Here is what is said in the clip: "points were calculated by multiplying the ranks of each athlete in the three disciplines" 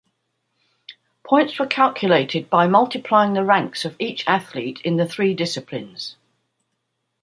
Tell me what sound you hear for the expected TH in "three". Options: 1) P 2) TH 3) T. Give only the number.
2